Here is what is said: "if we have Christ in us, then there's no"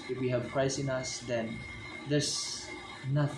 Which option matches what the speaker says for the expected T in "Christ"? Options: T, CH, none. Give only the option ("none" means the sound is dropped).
none